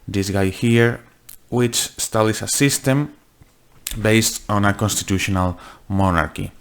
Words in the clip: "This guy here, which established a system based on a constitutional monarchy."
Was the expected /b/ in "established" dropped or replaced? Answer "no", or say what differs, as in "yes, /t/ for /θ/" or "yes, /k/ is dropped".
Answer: yes, /b/ is dropped